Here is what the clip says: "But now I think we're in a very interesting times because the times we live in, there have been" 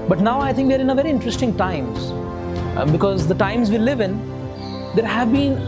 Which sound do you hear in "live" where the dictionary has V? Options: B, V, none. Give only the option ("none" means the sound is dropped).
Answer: V